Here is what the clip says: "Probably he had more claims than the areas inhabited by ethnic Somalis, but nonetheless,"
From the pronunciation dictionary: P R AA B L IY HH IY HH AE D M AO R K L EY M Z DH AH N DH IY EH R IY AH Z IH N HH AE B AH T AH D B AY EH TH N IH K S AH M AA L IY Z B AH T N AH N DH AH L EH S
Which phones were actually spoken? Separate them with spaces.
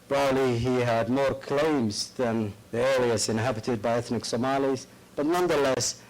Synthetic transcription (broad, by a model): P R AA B L IY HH IY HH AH D M AO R K L EY M Z DH AH N DH IY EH L IY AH S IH N HH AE B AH T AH D B AY EH TH N IH K S AH M AA L IY Z B AH T N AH N DH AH L EH S